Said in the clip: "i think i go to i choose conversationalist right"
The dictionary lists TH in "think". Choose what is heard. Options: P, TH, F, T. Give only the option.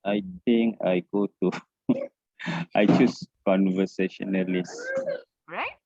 T